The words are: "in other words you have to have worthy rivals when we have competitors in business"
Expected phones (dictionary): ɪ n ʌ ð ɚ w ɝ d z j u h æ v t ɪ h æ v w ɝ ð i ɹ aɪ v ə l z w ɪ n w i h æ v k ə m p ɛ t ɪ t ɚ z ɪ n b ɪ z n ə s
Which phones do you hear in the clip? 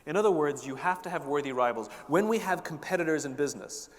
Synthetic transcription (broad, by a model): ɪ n ʌ ð ɚ w ɝ d z j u h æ f t ɪ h v w ɝ ð i ɹ aɪ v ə l z w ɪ n w i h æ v k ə m p ɛ t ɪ t ɚ z ɪ n b ɪ z n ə s